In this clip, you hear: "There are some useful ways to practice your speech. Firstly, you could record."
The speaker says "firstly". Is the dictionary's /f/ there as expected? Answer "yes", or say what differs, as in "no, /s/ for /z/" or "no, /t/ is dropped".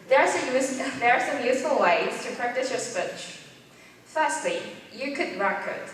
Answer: yes